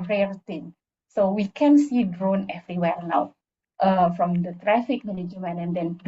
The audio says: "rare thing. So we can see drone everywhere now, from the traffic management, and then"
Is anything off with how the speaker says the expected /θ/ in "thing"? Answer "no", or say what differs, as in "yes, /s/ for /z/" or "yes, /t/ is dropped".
yes, /t/ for /θ/